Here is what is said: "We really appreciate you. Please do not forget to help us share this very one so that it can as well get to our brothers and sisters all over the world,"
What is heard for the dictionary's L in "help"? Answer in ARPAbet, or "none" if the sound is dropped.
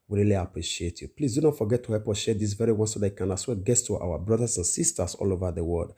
none